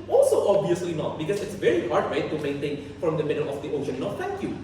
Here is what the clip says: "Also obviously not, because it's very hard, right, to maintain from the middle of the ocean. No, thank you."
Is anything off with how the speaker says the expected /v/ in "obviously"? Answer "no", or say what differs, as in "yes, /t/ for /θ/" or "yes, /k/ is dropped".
yes, /v/ is dropped